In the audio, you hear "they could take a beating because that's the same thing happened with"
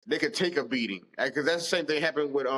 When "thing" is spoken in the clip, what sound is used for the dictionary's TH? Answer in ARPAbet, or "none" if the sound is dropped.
TH